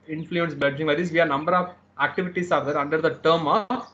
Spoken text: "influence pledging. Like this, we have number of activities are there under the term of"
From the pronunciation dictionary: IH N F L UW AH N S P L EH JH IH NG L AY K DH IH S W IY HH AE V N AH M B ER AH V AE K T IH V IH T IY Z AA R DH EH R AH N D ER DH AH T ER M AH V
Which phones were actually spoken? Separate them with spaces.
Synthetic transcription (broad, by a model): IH N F L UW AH N S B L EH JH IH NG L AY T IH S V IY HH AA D N AH M B ER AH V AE K T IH V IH T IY S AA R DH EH R AH N D ER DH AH T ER M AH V